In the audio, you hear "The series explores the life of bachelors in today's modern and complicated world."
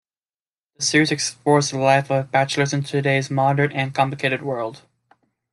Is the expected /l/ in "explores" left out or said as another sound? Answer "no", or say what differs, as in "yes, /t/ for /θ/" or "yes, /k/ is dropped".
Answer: yes, /l/ is dropped